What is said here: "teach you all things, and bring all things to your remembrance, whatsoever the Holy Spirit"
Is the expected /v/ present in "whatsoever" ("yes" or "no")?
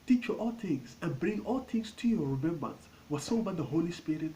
no